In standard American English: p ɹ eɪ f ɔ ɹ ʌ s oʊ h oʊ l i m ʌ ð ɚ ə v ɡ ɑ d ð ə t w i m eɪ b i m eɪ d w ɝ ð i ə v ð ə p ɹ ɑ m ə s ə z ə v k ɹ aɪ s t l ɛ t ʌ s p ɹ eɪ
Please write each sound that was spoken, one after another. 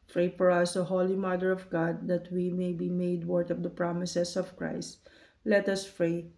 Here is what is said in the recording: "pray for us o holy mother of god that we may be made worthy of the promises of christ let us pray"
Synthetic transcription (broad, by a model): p ɹ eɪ f ɔ ɹ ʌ s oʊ h oʊ l i m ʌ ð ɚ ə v ɡ ɑ d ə t w i m eɪ b i m eɪ d w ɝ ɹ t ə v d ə p ɹ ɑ m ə s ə s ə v k ɹ aɪ s t l ɛ t ʌ s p ɹ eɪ